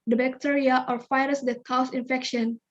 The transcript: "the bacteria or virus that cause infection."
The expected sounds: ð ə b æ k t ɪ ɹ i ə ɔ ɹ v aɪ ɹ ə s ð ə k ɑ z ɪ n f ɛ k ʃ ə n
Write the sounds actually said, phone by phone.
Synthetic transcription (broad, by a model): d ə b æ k t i ɹ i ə ɔ ɹ f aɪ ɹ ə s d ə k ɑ s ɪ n f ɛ k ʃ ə n